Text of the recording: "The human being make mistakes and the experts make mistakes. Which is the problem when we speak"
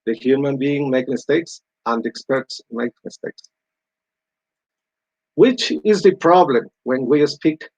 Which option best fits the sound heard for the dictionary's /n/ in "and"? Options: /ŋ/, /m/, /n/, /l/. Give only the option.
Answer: /n/